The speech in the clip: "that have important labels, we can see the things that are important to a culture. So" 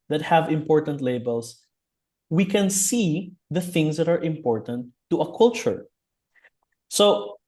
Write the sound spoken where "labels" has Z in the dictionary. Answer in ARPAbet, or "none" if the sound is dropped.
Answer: S